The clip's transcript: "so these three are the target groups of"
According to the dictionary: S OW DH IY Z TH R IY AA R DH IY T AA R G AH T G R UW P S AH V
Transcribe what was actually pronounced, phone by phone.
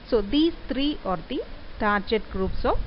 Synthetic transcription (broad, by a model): S OW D IY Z T R IY AA R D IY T AA R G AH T G R UW P S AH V